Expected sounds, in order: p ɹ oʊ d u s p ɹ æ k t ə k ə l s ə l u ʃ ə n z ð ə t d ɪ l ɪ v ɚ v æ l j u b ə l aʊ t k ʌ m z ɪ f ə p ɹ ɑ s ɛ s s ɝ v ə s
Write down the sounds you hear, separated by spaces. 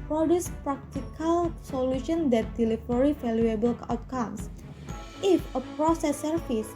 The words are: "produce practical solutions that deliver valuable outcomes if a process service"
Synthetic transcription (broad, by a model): p ɹ oʊ d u s p ɹ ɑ k t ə k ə l s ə l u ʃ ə n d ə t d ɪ l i f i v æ l j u b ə l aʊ t k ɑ m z ɪ f ə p ɹ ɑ s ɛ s s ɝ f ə s